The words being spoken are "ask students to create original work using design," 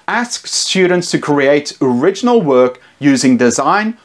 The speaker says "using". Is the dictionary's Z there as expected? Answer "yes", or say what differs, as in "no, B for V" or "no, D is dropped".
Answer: yes